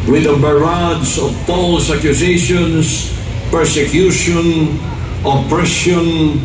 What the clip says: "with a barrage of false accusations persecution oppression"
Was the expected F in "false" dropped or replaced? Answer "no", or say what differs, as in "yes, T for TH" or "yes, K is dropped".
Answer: yes, P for F